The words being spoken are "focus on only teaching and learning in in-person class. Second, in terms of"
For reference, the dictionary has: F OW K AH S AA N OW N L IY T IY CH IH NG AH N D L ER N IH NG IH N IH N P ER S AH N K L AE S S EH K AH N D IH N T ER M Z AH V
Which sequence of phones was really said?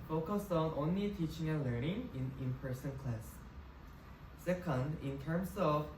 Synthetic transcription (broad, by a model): F OW K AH S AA N OW N L IY T IY CH IH NG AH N L ER N IH NG IH N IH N P ER S AH N K L AE S S EH K AH N D IH N T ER M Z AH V